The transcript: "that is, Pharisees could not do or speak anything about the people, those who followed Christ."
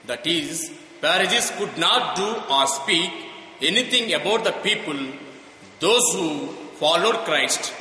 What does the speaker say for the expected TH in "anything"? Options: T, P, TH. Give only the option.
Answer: T